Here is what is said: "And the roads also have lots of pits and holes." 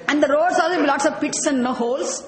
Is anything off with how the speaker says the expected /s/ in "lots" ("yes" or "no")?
no